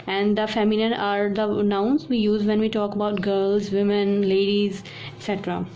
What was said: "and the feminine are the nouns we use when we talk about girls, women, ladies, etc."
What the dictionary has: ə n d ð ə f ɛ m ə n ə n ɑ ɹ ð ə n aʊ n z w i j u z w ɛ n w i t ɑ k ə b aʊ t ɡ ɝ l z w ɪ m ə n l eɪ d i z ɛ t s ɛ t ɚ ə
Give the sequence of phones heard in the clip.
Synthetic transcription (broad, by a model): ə n d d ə f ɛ m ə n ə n ɑ ɹ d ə n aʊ n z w i j u z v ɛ n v i t ɑ k ə b aʊ t ɡ ɝ l z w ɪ m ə n l eɪ d i z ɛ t s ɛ t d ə